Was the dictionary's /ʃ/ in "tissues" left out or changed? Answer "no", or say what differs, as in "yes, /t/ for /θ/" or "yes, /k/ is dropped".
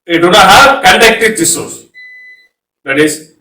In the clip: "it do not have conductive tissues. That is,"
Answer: yes, /s/ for /ʃ/